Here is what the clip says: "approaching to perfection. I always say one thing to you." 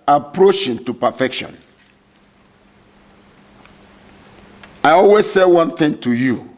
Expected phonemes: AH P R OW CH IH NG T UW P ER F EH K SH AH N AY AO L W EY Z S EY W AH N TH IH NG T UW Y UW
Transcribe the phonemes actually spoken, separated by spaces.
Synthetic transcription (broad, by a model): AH P R OW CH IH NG T UW P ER F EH K SH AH N AY AO L W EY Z S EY W AH N TH IH NG T UW Y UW